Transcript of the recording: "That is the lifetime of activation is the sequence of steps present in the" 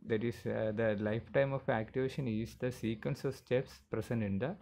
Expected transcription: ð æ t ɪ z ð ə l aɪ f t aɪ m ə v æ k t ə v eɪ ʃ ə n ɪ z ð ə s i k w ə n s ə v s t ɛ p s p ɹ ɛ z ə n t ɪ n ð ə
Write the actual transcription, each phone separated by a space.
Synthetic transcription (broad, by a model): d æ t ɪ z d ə l aɪ f t aɪ m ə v æ k t ə v eɪ ʃ ə n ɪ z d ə s i k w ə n s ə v s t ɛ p s p ɹ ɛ s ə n ɪ n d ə